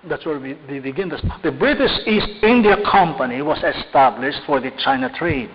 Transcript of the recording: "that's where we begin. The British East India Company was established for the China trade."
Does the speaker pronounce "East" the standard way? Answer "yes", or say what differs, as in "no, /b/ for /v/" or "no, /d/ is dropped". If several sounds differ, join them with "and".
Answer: yes